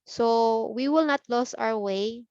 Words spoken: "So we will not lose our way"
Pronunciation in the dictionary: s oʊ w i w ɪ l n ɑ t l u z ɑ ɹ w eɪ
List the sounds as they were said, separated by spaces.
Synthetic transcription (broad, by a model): s oʊ w i w ɪ l n ɑ t l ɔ s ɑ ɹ w eɪ